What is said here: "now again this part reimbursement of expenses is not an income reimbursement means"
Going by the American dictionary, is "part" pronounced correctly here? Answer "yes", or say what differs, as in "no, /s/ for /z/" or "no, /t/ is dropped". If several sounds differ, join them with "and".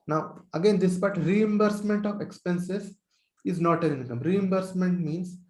no, /b/ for /p/